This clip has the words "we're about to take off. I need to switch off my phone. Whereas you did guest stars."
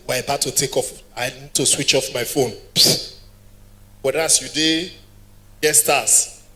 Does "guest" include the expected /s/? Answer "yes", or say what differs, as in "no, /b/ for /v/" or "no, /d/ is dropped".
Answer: no, /s/ is dropped